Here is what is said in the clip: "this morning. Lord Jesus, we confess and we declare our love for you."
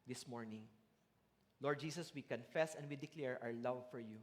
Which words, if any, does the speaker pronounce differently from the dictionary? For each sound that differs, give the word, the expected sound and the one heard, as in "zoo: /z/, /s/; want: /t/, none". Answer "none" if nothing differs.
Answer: jesus: /z/, /s/; our: /ɹ/, /w/